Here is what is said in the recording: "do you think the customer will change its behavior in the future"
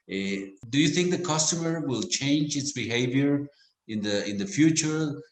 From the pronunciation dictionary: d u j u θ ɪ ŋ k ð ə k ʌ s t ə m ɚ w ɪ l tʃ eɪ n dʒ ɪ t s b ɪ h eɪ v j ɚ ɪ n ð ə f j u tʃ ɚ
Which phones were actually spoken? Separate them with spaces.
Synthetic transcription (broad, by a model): d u j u θ ɪ ŋ k ð ə k ʌ s t ə m ɚ w ɪ l tʃ eɪ n dʒ ɪ t s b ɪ h eɪ v j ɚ ɪ n ð ə f j u tʃ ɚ